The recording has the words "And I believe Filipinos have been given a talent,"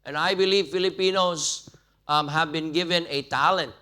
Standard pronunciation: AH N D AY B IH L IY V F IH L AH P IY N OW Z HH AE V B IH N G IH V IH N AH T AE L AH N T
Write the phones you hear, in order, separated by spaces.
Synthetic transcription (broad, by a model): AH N AY B IH L IY V F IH L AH P IY N OW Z HH AE V B IH N G IH V IH N AH T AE L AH N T